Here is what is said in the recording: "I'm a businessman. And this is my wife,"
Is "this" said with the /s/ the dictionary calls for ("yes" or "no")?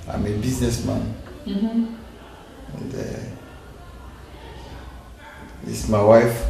no